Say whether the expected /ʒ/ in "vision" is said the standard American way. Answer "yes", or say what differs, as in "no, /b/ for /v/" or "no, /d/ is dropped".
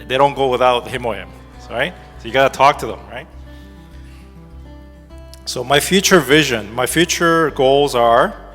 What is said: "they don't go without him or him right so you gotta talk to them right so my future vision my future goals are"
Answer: yes